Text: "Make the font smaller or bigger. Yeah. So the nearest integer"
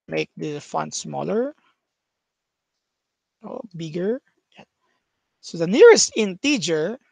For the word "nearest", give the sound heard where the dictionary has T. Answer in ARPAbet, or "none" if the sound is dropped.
T